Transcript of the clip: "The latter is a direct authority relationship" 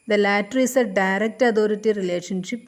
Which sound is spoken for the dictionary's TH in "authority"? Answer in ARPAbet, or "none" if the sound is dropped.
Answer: T